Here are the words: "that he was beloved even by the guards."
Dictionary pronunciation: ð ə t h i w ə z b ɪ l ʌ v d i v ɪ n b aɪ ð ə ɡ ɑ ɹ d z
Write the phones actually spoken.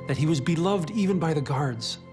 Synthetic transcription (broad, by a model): ð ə t h i w ə z b ɪ l ʌ v d i v ɪ n b aɪ ð ə ɡ ɑ ɹ d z